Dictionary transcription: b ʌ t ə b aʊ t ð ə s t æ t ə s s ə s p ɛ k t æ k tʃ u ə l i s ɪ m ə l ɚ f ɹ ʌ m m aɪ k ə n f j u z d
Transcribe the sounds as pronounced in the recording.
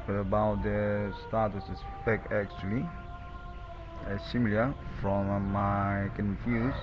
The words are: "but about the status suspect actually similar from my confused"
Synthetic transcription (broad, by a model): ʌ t ə b aʊ t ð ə s t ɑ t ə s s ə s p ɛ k æ k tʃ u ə l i s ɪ m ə l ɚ f ɹ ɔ m m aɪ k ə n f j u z